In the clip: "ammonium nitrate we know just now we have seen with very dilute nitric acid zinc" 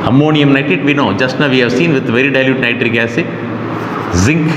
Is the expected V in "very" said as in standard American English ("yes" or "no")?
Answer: yes